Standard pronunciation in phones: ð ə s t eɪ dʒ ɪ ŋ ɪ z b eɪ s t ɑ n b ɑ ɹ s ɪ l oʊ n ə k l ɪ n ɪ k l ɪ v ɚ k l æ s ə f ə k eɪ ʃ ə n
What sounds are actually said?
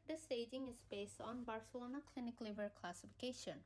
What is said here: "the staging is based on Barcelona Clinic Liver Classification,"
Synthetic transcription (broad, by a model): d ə s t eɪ dʒ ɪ ŋ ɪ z b eɪ s t ɑ n b ɑ ɹ s ɪ l oʊ n ə k l ɪ n ɪ k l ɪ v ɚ k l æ s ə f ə k eɪ ʃ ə n